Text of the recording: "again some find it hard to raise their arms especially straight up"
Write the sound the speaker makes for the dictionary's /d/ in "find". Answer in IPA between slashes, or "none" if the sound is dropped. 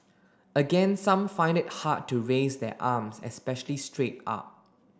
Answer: /d/